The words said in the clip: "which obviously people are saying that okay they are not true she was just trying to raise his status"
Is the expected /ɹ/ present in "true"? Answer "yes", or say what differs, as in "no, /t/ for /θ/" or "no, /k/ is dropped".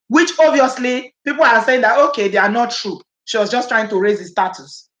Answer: yes